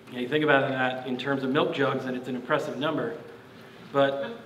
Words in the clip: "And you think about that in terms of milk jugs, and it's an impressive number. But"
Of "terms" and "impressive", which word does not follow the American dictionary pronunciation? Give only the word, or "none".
none